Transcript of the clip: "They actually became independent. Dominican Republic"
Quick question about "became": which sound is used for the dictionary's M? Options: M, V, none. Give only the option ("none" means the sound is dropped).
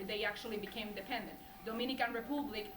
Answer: none